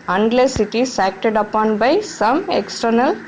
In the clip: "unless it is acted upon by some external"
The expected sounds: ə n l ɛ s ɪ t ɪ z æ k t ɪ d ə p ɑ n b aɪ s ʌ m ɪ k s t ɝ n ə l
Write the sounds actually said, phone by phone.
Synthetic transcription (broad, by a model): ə n l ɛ s ɪ t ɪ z æ k t ɪ d ə p ɑ n b aɪ s ʌ m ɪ k s t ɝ n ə l